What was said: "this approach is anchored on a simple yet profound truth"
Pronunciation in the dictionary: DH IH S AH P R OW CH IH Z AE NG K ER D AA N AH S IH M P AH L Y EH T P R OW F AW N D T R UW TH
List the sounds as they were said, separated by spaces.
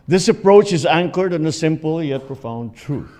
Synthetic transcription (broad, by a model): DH IH S AH P R OW CH IH Z AE NG K ER D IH N AH S IH M P AH L Y EH T P R OW F AW N D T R UW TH